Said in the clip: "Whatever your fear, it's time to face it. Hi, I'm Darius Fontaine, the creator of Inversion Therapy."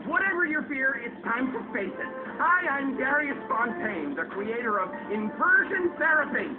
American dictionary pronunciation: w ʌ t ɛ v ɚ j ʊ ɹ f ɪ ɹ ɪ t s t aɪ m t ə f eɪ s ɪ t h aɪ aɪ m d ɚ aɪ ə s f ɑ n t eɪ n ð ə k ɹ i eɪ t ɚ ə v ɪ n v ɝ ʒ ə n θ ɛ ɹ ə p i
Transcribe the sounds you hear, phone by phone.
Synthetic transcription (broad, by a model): w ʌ t ɛ v ɚ j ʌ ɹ f ɪ ɹ ɪ t s t aɪ m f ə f eɪ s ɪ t h aɪ aɪ m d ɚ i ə s p ɑ n t eɪ n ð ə k ɹ i eɪ t ɚ ə v ɪ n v ɝ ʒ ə n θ ɛ ɹ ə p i